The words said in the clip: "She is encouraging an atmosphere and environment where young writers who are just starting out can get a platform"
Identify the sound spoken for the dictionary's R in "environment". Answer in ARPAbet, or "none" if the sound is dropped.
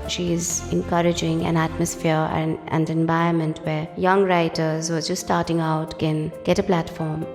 none